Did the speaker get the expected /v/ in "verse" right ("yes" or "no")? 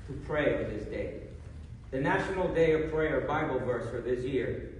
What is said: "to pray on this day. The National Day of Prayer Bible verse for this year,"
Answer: yes